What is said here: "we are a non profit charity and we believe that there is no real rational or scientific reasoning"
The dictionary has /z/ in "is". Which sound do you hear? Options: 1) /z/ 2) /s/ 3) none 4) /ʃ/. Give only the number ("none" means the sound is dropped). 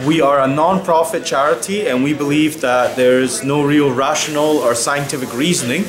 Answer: 1